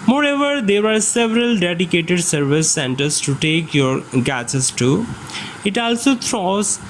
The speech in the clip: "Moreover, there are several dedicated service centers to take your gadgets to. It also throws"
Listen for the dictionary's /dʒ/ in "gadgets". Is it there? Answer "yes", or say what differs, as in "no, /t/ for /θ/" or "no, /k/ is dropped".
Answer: no, /tʃ/ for /dʒ/